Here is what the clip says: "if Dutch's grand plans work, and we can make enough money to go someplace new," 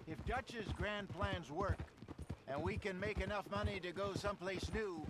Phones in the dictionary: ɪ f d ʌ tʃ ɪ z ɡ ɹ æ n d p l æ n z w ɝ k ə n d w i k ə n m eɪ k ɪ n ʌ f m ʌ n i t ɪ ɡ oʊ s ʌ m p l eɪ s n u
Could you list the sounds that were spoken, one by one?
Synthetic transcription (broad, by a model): ɪ f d ʌ tʃ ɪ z ɡ ɹ æ n p l æ n z w ɝ k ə n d w i k ə n m eɪ k ɪ n ʌ f m ʌ n i t ɪ ɡ oʊ s ʌ m p l eɪ s n u